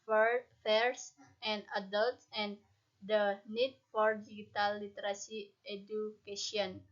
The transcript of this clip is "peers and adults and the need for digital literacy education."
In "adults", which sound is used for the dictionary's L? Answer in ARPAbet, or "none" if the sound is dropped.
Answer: L